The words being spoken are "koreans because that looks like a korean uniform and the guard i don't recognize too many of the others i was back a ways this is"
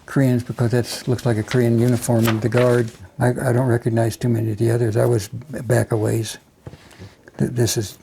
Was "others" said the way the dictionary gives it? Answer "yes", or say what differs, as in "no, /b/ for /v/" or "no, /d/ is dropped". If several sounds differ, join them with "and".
yes